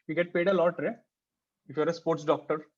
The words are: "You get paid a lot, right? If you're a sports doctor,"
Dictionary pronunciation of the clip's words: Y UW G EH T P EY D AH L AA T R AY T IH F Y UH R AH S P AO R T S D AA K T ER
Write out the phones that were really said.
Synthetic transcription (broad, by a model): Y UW G EH T P EY D AH L AA T R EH IH F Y R AH S P AO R T S D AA K T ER